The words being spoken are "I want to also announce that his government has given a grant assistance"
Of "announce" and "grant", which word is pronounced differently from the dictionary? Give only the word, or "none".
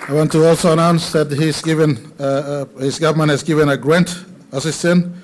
none